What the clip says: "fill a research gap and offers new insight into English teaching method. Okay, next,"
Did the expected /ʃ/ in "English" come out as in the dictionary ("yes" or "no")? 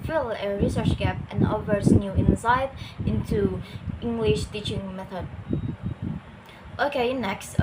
yes